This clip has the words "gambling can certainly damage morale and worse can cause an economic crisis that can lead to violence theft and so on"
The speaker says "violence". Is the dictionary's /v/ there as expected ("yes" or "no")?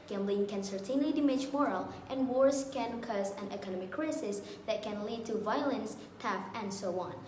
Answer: yes